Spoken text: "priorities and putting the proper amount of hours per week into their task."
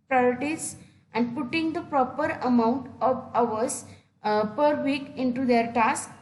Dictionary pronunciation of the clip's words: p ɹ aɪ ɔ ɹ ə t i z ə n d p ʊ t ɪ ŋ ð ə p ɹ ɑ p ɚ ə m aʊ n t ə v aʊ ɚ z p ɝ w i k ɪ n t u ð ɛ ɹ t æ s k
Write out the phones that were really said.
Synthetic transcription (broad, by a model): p ɹ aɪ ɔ ɹ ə t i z ə n d p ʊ t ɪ ŋ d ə p ɹ ɑ p ɚ ə m aʊ n t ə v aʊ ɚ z p ɝ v i k ɪ n t u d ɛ ɹ t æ s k